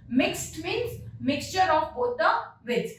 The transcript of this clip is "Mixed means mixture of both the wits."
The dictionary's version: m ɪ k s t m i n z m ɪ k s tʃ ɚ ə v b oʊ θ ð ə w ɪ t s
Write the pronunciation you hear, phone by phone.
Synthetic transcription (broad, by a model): m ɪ k s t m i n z m ɪ k s tʃ ɚ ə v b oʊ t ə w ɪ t